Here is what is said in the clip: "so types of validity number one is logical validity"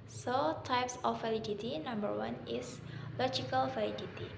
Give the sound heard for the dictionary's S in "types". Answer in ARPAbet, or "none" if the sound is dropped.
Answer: S